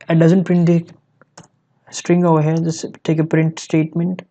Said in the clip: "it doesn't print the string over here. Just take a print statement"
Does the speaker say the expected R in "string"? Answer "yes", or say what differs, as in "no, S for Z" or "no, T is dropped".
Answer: yes